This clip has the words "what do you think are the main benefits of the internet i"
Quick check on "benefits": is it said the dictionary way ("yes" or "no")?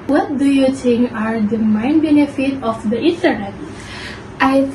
no